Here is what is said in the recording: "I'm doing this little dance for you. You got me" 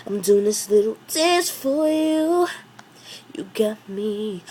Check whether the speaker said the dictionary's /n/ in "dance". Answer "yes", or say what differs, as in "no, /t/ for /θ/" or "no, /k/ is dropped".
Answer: no, /n/ is dropped